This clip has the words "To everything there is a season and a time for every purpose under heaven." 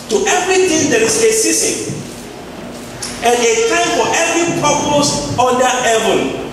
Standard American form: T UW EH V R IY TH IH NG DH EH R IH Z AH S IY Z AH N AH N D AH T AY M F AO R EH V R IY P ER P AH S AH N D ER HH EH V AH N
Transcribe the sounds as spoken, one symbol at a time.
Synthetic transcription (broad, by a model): T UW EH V R IY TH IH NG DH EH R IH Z AH S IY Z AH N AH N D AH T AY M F AO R EH V R IY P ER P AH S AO D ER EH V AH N